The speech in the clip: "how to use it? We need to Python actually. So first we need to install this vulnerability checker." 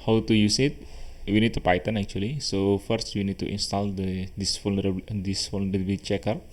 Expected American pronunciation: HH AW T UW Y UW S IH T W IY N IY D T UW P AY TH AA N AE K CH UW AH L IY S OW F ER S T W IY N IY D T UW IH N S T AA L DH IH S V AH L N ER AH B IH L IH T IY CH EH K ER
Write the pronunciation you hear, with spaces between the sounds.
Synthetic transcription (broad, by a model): HH AW T UW Y UW S IH T W IY N IY D T UW P AY T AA N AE K CH UW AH L IY S OW F ER S T W IY N IY D T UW IH N S T AA L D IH S F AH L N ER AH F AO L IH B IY CH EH K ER